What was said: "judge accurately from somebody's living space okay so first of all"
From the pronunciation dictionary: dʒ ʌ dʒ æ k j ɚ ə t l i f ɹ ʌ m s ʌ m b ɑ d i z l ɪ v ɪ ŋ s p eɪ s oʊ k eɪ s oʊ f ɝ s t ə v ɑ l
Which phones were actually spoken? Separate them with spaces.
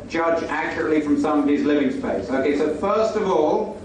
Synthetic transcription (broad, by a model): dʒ ʌ dʒ æ k j ɚ ə t l i f ɹ ʌ m s ʌ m ʌ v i z l ɪ v ɪ ŋ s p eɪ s oʊ k eɪ s oʊ f ɝ s t ə v ɑ l